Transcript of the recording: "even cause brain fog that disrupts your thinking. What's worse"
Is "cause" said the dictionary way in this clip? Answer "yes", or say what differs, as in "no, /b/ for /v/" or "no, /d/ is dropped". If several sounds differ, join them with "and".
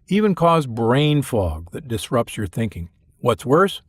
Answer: yes